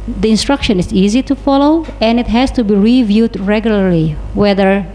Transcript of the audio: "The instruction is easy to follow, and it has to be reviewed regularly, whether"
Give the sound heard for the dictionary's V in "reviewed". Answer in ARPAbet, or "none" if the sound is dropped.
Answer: V